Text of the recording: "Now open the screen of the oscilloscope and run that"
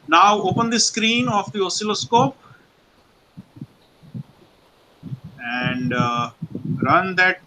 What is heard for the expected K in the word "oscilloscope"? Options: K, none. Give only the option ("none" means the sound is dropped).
K